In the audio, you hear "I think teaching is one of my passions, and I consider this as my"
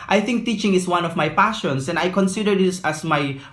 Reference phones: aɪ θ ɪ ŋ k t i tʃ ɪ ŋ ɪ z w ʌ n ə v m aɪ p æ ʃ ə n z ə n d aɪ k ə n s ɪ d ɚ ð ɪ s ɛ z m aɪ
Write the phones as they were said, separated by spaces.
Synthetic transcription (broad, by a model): aɪ θ ɪ ŋ k t i tʃ ɪ ŋ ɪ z w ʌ n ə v m aɪ p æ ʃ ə n s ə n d aɪ k ə n s ɪ d ɚ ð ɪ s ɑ s m aɪ